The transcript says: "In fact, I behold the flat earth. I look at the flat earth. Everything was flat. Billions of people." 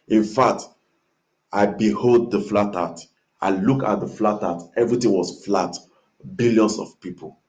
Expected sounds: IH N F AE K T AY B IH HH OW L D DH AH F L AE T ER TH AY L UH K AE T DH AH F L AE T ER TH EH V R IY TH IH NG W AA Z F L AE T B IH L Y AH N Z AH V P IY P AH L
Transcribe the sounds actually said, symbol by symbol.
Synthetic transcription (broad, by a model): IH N F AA K T AY B IH HH OW L D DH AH F L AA T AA T AY L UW K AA T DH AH F L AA T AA T EH V R IY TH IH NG W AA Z F L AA T B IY L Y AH N S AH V P IY P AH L